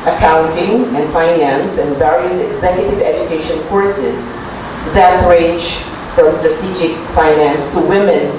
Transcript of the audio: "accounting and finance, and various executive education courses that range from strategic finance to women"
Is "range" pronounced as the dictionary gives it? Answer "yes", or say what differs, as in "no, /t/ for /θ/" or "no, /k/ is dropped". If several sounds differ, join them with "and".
no, /n/ is dropped